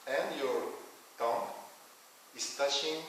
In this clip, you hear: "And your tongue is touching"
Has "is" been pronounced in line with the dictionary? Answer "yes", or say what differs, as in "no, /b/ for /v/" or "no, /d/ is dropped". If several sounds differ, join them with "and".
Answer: no, /s/ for /z/